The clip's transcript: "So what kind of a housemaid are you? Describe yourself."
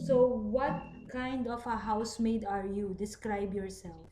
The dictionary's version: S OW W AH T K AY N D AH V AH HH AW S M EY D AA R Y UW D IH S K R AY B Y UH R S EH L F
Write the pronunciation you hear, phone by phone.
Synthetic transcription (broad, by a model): S OW W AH T K AY N D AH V AH HH AW S M EY D AA R Y UW D IH S K R AY B Y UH R S EH L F